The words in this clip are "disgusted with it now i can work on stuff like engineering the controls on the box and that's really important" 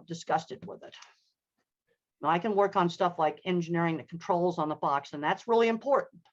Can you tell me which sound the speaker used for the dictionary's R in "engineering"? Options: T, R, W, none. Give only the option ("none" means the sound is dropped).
R